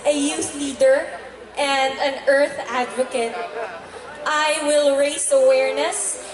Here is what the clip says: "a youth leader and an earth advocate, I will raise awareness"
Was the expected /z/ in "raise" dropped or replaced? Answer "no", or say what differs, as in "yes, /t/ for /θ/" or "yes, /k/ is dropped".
yes, /s/ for /z/